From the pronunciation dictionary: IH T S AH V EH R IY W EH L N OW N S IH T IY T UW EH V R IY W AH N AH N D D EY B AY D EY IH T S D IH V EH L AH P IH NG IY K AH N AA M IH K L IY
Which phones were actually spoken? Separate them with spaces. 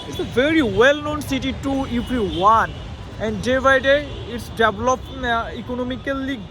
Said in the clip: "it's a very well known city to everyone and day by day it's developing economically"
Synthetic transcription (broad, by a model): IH T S AH V EH R IY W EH L N OW N S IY T IY T UW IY P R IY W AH N AH N D D EY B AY D EY IH T S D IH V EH L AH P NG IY K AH N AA M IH K L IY